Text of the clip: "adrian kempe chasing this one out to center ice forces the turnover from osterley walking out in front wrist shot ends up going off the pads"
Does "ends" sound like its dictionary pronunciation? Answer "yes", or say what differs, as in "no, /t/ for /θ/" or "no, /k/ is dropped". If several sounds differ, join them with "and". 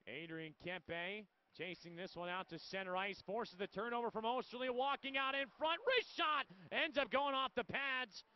yes